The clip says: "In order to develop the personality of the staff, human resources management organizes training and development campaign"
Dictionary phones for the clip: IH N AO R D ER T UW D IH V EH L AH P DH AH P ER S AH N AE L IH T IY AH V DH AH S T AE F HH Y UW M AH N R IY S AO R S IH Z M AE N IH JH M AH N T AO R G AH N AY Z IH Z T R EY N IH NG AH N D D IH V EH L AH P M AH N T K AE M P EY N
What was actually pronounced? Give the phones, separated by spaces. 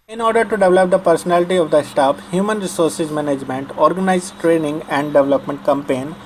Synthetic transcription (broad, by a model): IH N AO R D ER T UW D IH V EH L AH P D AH P ER S AH N AE L IH T IY AH V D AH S T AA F HH Y UW M AH N R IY S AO R S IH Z M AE N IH JH M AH N T AO R G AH N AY IH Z T R EY N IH NG AH N D D IH V EH L AH P M AH N T K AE M P EY N